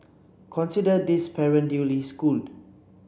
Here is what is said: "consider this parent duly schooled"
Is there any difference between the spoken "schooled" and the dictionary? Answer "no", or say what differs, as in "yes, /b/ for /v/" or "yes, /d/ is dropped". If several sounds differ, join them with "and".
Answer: no